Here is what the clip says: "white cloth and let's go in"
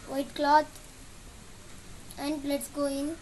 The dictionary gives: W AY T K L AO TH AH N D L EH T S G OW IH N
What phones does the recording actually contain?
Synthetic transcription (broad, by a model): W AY T K L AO T AH N D L EH T S G OW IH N